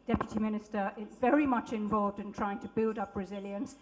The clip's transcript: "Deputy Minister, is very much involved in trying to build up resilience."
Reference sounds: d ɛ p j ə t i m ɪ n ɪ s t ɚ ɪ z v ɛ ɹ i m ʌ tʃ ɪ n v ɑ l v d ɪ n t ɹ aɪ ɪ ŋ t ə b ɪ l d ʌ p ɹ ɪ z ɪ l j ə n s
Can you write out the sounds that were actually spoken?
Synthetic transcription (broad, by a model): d ɛ p j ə t i m ɪ n ɪ s t ɚ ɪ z v ɛ ɹ i m ʌ tʃ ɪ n v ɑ l v d ɪ n t ɹ aɪ ɪ ŋ t ə b ɪ l d ʌ p ɹ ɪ z ɪ l j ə n s